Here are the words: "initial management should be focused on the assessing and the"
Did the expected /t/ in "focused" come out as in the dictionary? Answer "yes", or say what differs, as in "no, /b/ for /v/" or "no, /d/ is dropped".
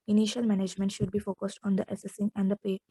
yes